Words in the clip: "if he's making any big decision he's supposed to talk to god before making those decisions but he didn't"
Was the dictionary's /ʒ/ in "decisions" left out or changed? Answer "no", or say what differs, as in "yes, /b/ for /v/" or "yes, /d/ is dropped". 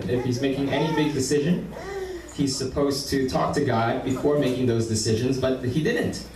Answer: no